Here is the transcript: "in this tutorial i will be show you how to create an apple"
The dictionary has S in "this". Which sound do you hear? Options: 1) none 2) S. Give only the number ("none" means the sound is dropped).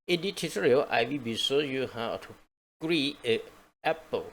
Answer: 1